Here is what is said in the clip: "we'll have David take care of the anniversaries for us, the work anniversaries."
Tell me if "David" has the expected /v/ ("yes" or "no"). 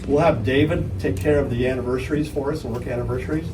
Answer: yes